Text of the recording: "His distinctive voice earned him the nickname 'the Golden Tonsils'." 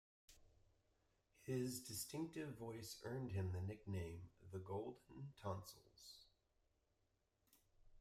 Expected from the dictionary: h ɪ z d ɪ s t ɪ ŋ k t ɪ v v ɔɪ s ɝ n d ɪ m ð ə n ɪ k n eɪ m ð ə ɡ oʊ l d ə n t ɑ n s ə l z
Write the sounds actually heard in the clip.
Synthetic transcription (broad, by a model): h ɪ z d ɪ s t ɪ ŋ k t ɪ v v ɔɪ s ɝ n d ɪ m ð ə n ɪ k n eɪ m ð ə ɡ oʊ l d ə n t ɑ n s l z